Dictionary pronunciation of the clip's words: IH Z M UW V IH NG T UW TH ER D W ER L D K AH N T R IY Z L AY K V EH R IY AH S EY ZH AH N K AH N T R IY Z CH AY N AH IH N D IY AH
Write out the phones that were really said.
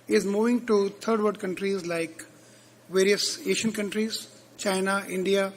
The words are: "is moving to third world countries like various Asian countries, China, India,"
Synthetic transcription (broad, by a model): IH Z M UW V IH NG T UW T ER D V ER D K AH N T R IY Z L AY K V EH R IY AH S EY SH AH N K AH N T R IY Z CH AY N AH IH N D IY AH